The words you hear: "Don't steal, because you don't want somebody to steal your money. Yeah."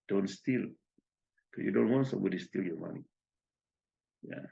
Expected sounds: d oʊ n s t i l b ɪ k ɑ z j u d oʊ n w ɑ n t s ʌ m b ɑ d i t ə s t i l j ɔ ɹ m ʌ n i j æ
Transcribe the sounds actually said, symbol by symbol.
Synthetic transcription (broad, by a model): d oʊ n s t i l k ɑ j u d oʊ n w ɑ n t s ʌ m b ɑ d i s t i l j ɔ m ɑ n i j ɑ